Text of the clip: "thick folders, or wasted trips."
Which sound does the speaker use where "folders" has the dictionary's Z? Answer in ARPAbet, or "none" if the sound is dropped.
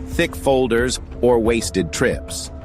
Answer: Z